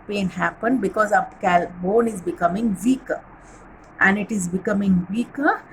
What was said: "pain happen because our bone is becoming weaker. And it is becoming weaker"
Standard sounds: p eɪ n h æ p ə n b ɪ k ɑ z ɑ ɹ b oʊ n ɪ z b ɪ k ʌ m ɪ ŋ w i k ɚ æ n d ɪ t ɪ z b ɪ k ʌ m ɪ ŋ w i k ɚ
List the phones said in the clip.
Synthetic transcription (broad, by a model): p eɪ n h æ p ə n b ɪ k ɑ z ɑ l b oʊ n ɪ z b ɪ k ʌ m ɪ ŋ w i k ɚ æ n d ɪ t ɪ z b ɪ k ʌ m ɪ ŋ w i k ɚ